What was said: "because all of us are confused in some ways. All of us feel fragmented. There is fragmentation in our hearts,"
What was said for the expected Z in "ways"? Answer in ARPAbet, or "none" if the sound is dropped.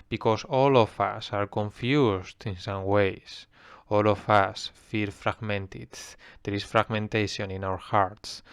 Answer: S